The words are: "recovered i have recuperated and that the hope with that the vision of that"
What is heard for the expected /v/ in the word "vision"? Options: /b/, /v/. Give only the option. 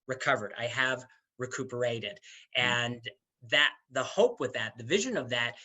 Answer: /v/